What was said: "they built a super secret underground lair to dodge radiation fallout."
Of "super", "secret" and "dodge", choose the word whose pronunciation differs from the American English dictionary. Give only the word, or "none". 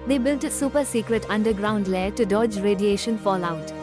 none